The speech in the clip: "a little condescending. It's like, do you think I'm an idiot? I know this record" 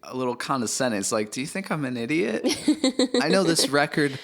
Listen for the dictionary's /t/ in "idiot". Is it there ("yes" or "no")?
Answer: yes